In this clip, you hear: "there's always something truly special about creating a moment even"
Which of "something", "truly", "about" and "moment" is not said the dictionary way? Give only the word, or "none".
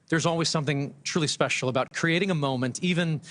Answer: none